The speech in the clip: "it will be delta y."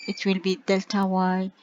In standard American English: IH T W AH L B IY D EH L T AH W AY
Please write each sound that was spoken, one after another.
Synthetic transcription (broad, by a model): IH T W AH L B IY D EH L T AH W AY